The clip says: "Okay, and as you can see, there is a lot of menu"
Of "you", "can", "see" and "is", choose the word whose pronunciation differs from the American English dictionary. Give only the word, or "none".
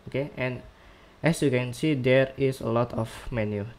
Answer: is